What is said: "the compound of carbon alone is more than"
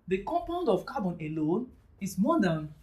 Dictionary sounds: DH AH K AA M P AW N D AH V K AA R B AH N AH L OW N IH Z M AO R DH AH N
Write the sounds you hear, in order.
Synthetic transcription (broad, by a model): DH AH K AA M P AW N D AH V K AA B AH N AH L OW N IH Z M AO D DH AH N